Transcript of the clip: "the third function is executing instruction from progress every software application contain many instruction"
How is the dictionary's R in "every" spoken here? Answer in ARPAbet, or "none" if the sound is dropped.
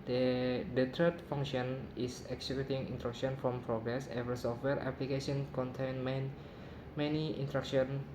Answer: none